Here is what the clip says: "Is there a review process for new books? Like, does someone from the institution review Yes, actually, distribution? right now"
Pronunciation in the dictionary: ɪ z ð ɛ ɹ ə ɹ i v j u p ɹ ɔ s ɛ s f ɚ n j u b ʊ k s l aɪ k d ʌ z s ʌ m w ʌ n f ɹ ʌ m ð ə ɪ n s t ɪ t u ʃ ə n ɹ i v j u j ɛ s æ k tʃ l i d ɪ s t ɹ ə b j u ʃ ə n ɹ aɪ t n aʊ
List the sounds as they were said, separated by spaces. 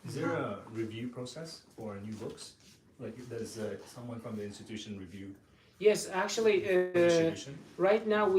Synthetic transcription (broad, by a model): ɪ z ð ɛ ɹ ə ɹ i v j u p ɹ ɔ s ɛ s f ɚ n j u b ʊ k s l aɪ k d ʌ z s ʌ m w ʌ n f ɹ ʌ m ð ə ɪ n s t ɪ t u ʃ ə n ɹ i v j u j ɛ s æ k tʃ i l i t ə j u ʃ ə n ɹ aɪ t n aʊ